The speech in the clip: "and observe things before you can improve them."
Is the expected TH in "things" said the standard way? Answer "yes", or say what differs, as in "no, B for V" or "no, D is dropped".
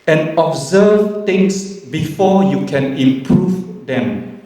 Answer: no, T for TH